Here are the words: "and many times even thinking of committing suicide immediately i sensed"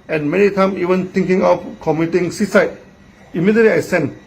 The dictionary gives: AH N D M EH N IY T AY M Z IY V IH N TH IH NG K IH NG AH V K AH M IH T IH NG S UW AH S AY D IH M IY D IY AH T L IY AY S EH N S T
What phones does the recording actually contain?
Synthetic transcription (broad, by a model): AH N M EH N IY T AY M IY V IH N T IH NG K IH NG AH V K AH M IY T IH NG S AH S AY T IH M IY D IY AH T L IY AY S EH N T